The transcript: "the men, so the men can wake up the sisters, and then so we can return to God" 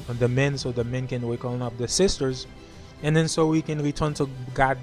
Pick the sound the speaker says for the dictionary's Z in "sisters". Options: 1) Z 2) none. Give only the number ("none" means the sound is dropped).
1